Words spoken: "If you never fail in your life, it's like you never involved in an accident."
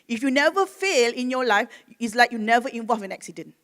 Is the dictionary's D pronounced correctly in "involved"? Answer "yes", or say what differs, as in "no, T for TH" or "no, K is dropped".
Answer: no, D is dropped